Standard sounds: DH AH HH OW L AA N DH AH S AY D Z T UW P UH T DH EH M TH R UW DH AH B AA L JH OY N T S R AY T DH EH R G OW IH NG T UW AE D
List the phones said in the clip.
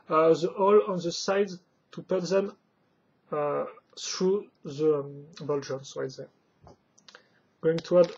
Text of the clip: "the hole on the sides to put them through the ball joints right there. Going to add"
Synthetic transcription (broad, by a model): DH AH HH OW L AA N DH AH S AY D T UW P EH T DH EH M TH R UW DH AH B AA L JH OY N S W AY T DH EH G OW IH NG T UW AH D